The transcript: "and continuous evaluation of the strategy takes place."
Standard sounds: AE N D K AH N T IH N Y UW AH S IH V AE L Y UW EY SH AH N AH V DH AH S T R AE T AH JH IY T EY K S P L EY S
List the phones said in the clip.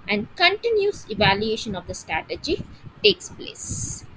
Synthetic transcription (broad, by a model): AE N D K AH N T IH N Y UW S IH V AE L Y UW EY SH AH N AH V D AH S T R AE T AH JH IY T EY K S P L EY S